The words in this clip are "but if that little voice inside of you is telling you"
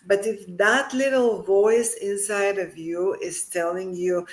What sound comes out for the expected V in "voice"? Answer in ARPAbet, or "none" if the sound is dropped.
V